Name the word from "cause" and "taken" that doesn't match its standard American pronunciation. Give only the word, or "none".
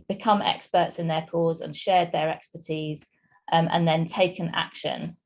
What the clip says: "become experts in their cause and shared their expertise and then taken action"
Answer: none